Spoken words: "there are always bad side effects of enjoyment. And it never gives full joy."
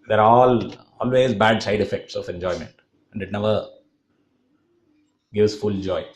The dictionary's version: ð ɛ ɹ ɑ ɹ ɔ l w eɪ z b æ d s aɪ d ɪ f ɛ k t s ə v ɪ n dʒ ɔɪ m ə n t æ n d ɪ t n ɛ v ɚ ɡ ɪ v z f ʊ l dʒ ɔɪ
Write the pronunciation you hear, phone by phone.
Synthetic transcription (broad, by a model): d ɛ ɹ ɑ l ɔ l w eɪ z b æ d s aɪ d ɪ f ɛ k t s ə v ɪ n dʒ ɔɪ m ə n t æ n d ɪ t n ɛ v ɚ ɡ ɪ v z f ʊ l dʒ ɔɪ